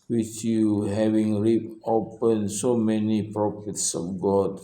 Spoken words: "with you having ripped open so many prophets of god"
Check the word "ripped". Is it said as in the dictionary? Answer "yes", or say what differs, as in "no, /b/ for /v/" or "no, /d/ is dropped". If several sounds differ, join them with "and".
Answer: no, /t/ is dropped